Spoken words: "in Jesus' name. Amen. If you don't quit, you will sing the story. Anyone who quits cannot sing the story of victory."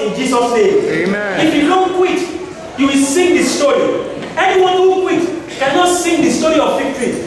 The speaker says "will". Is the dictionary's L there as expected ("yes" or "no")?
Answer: yes